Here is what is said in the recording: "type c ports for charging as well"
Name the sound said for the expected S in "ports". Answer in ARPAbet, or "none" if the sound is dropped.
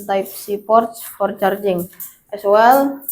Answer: S